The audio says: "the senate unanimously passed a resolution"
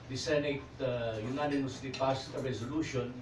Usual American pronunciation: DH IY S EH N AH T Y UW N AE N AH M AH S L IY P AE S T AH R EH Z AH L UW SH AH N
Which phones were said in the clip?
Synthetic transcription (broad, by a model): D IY S EH N AH T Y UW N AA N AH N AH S IY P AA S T AH R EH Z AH L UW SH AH N